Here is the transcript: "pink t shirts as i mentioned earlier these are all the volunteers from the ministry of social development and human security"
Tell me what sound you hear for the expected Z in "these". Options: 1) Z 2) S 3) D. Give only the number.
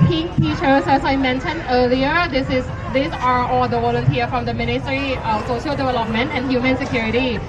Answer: 2